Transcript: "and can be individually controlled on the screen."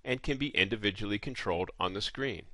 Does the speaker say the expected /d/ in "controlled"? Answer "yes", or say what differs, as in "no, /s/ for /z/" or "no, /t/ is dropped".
yes